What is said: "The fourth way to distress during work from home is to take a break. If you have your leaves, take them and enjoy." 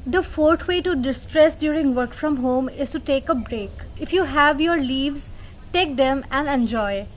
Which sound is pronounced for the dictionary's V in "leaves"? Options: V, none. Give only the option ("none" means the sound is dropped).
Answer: V